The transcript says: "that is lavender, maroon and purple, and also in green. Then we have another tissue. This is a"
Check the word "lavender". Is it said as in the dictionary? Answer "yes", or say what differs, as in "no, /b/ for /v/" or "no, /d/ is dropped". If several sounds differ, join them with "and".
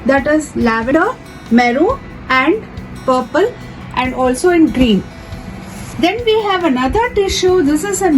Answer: no, /n/ is dropped